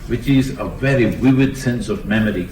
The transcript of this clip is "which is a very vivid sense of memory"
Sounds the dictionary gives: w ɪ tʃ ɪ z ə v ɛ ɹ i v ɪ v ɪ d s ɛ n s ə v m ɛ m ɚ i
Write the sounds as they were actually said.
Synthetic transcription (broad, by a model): w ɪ tʃ ɪ z ə v ɛ ɹ i w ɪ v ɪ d s ɛ n s ə v m ɛ m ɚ i